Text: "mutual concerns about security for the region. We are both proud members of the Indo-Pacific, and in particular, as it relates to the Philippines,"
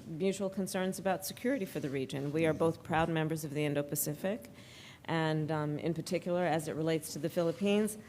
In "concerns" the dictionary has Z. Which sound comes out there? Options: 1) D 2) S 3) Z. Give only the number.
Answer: 3